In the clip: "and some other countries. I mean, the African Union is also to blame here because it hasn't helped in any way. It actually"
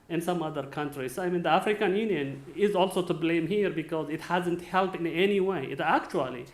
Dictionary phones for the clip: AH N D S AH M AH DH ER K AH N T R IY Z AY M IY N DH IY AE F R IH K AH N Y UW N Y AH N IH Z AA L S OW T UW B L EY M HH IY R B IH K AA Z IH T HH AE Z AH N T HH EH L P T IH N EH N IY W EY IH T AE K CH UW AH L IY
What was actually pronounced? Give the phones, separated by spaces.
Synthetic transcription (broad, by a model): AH N S AH M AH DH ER K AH N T R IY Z AY M IY N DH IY AE F R IH K AH N Y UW N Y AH N IH Z AA L S OW T UW B L EY M HH IY R B IH K AA Z IH T HH AE Z AH N T HH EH L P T IH N EH N IY W EY IH T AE K CH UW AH L IY